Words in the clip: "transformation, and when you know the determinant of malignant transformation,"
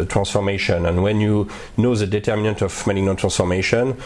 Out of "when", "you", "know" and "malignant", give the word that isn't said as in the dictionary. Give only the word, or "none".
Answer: malignant